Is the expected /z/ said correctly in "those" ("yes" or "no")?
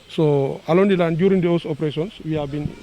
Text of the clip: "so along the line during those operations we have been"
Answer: no